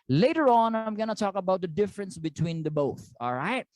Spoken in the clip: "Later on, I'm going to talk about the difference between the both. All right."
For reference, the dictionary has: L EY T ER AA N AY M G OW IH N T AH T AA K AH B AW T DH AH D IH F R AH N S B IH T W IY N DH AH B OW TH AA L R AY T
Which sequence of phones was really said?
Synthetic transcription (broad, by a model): L EY T ER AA N AY M G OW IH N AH T AA K AH B AW T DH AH D IH F R AH N S B IH T W IY N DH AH B OW TH AA L R AY T